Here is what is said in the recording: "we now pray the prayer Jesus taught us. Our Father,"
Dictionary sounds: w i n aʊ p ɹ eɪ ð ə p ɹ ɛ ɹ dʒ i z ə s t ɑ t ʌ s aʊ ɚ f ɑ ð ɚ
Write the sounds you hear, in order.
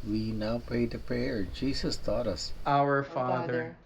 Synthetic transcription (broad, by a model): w i n aʊ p eɪ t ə p ɹ ɛ ɹ dʒ i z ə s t ɑ t ʌ s aʊ ɚ f ɑ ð ɚ